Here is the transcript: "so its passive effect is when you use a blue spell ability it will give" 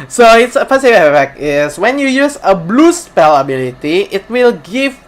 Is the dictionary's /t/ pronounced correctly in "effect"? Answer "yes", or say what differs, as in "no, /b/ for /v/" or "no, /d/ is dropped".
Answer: no, /t/ is dropped